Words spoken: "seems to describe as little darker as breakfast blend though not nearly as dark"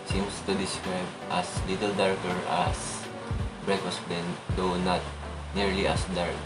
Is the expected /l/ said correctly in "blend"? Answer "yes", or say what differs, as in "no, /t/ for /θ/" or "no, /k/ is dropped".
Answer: no, /l/ is dropped